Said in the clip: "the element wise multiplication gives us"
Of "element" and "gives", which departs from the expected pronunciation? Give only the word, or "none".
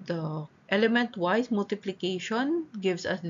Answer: gives